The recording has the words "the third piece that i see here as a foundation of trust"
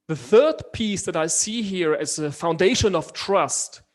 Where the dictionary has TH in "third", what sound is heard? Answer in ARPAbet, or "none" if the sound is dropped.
TH